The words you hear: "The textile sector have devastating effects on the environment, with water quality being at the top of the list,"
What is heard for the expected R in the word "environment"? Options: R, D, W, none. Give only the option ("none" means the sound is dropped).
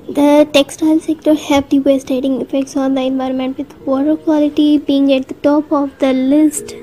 R